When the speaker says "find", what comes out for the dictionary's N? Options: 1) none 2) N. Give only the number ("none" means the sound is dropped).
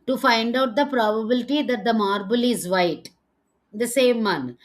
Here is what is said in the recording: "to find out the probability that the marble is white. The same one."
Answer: 2